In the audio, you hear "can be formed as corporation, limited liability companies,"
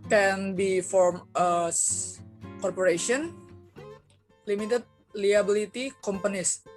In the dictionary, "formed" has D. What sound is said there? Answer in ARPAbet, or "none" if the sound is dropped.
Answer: none